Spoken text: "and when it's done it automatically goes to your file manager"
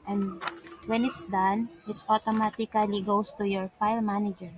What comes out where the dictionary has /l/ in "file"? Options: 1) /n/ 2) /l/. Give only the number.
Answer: 2